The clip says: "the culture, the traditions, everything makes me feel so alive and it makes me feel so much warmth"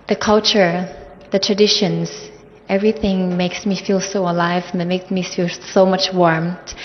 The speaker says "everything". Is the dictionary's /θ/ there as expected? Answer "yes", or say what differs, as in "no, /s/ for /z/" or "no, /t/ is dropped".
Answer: yes